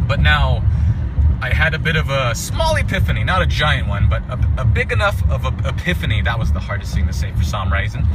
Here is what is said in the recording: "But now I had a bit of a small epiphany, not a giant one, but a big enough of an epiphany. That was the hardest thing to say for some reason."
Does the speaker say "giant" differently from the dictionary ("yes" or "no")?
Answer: no